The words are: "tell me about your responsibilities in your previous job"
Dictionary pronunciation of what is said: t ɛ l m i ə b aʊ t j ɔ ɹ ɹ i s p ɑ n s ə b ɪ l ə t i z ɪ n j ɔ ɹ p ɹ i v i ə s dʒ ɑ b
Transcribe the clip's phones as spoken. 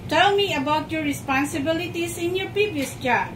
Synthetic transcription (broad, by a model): t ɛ l m i ə b aʊ t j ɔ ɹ ɹ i s p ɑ n s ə b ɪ l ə t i s ɪ n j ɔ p i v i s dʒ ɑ